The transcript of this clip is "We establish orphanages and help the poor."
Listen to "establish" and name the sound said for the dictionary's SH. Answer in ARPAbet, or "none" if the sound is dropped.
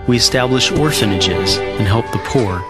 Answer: SH